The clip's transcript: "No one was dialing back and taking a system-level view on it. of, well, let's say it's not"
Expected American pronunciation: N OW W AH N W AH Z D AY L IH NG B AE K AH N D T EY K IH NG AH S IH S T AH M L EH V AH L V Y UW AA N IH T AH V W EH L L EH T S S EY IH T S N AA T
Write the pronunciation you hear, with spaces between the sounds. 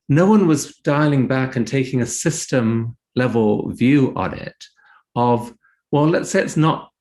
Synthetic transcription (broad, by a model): N OW W AH N W AH Z D AY L IH NG B AE K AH N T EY K IH NG AH S IH S T AH M L EH V AH L V Y UW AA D IH T AH V W EH L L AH T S S EY IH T S N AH T